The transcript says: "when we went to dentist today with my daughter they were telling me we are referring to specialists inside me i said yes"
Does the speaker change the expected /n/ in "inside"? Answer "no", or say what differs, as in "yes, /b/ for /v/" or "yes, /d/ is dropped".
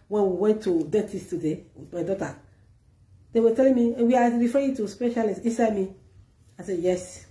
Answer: yes, /n/ is dropped